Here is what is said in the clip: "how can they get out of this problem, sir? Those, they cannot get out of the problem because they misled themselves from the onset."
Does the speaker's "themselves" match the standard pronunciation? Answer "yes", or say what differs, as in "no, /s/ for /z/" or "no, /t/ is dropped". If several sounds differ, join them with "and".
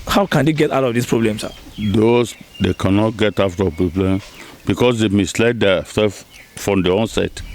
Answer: no, /m/ is dropped